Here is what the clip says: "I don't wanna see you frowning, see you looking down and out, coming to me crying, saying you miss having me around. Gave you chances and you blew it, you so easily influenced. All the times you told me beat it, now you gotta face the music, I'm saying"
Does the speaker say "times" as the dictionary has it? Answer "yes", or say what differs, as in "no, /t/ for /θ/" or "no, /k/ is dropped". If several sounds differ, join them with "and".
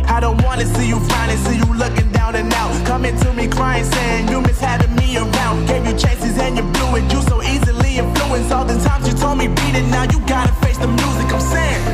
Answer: yes